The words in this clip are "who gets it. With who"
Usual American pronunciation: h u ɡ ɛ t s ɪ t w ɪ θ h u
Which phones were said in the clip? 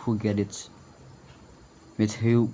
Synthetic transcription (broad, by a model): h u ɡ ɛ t ɪ t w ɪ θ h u